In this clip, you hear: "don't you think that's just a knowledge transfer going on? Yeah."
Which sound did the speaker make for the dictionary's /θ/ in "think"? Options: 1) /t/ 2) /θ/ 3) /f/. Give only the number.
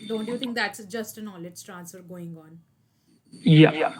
1